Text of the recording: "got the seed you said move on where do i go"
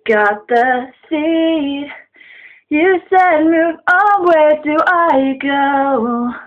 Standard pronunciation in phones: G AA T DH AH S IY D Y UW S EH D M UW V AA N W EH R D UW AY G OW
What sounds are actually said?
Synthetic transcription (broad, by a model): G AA T DH AH S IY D Y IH S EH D M UW V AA L W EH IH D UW AY G OW